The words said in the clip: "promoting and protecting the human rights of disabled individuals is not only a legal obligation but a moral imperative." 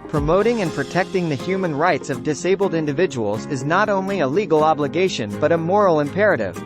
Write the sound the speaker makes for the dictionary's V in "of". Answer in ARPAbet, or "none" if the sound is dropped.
V